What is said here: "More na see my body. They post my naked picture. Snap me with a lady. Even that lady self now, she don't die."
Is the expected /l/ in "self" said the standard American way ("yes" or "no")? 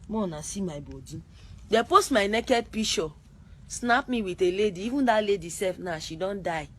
no